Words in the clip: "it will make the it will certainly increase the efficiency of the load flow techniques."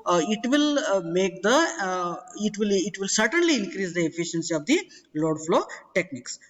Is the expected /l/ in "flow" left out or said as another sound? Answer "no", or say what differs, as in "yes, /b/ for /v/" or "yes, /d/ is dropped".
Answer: no